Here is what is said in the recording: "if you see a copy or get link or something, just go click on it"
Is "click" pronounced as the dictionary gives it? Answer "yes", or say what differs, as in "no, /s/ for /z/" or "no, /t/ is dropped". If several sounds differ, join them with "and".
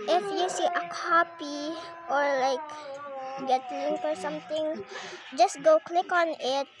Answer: yes